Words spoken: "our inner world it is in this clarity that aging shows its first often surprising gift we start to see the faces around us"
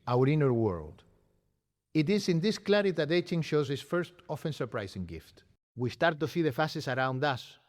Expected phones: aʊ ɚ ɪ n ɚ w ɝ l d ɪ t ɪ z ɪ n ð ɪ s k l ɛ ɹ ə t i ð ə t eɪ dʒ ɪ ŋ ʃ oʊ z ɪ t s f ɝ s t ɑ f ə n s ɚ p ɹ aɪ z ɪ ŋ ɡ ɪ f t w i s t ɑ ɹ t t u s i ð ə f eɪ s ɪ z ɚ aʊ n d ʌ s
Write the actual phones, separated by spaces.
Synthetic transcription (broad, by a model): aʊ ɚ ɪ n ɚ w ɝ l d ɪ t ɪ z ɪ n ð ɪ s k l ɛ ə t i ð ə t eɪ tʃ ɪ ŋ ʃ oʊ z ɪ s f ɝ s t ɑ f ə n s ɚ p ɹ aɪ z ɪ ŋ ɡ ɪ f t w i s t ɑ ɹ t t u s i ð ə f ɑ s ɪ s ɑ aʊ n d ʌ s